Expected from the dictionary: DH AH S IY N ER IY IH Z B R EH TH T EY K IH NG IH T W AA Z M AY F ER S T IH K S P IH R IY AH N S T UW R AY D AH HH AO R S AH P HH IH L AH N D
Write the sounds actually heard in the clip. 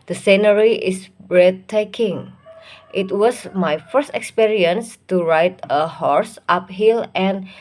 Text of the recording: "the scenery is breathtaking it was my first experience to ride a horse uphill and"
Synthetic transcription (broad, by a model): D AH S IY N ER IY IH S B R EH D T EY K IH NG IH T W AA S M AY F ER S T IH K S P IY R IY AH N S T UW R AY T AH HH AO R S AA P HH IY L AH N